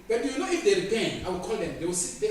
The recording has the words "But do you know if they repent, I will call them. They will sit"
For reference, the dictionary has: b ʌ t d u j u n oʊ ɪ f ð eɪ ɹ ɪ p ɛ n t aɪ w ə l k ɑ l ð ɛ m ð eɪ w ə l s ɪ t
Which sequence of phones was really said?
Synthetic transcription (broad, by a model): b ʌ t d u j u n oʊ ɪ f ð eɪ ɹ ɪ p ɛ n aɪ w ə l k ɑ l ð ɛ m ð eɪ w ə l s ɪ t